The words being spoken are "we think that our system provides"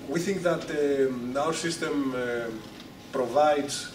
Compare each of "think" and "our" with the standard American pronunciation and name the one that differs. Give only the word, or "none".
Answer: none